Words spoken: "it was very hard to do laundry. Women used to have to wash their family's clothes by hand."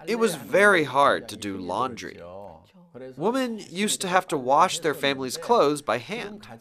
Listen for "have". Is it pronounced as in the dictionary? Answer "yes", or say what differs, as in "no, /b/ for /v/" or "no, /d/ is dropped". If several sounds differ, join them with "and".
no, /f/ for /v/